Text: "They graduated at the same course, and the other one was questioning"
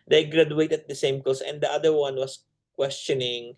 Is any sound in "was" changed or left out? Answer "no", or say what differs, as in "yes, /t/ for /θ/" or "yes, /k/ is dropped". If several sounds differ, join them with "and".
yes, /s/ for /z/